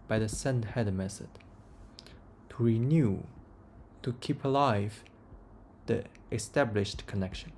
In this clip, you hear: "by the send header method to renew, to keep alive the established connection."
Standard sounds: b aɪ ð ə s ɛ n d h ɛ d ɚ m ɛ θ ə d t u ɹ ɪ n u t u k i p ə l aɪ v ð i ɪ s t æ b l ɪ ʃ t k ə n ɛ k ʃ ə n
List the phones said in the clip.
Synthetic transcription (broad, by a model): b aɪ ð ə s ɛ n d h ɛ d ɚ m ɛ s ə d t u ɹ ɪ n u t u k i p ə l aɪ v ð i ɪ s t æ b l ɪ ʃ t k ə n ɛ k ʃ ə n